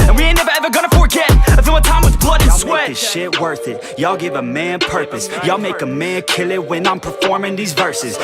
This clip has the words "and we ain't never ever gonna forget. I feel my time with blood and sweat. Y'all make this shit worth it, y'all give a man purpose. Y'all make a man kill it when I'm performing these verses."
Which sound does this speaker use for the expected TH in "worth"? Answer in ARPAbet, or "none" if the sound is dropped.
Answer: TH